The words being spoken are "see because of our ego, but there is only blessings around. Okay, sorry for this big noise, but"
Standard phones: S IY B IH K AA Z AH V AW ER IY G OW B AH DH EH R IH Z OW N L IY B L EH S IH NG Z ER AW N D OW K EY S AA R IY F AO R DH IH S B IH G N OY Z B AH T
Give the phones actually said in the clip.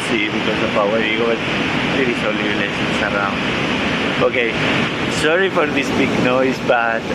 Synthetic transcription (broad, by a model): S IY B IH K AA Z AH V AW ER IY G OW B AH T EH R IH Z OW L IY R L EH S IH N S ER AW N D OW K EY S AA R IY F AO R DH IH S B IH G N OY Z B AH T